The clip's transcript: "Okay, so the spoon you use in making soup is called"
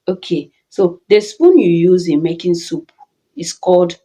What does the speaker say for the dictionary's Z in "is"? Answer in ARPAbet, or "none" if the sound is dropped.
S